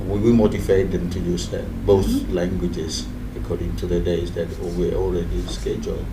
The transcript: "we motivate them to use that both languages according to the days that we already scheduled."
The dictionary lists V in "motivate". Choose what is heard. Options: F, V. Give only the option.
F